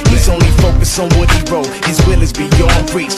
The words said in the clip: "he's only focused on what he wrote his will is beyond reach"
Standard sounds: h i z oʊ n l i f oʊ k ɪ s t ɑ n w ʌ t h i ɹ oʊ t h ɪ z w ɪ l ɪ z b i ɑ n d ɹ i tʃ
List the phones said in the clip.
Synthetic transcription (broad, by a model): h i z oʊ n l i f oʊ k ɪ s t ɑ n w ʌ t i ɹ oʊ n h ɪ z w ɪ l ɪ z b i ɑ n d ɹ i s